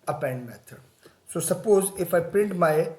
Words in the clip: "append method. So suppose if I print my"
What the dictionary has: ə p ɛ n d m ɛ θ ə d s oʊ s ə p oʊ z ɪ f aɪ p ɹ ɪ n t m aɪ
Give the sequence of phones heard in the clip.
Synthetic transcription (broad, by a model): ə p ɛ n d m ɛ t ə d s oʊ s ə p oʊ z ɪ f aɪ p ɹ ɪ n t m aɪ